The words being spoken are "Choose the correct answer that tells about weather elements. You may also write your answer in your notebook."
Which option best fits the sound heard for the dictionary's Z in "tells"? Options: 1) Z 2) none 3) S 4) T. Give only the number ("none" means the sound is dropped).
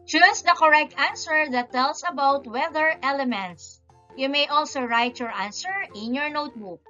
3